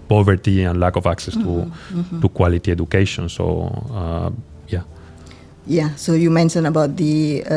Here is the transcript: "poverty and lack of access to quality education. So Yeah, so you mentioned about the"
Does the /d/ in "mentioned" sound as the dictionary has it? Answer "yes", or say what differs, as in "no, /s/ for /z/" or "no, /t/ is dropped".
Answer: no, /d/ is dropped